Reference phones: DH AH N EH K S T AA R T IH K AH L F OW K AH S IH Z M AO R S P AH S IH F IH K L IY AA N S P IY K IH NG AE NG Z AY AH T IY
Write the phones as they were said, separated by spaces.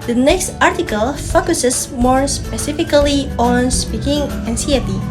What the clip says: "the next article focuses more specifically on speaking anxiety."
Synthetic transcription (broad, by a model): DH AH N EH K S T AA R T IH K AH L F OW K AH S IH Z M AO R S P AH S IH F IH K L IY AA N S P IY K IH NG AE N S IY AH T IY